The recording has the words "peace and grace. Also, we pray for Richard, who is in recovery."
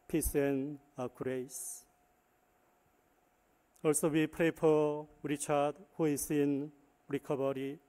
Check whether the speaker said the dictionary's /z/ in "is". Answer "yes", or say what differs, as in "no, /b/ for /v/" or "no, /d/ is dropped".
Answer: no, /s/ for /z/